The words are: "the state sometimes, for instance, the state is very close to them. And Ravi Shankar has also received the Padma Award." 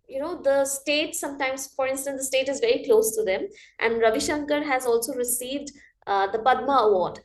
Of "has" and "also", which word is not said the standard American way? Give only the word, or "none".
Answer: none